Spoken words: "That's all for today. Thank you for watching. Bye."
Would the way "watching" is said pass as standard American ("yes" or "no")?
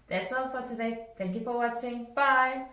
no